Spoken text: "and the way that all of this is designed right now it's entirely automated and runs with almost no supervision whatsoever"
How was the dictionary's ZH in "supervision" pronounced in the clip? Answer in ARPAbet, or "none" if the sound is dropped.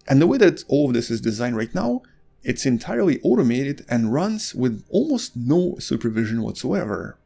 ZH